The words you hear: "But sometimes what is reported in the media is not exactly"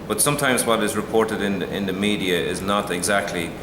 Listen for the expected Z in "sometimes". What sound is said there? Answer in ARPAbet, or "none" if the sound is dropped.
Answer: Z